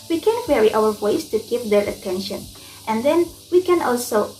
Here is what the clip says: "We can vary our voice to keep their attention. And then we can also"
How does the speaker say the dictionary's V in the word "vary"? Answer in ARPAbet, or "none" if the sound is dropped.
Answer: W